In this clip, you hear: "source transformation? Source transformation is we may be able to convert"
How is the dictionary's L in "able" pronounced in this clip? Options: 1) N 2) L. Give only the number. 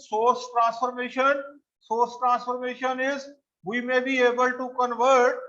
2